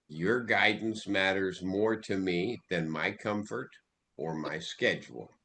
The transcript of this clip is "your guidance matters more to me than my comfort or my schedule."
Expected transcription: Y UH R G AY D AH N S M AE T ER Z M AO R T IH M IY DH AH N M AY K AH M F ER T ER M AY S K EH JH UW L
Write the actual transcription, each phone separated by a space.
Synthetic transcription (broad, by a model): Y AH R G AY D N S M AE T ER Z M AO R T IH M IY DH AH N M AY K AH M F ER T ER M AY S K EH JH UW L